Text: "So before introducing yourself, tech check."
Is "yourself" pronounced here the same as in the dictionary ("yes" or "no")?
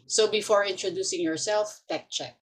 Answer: yes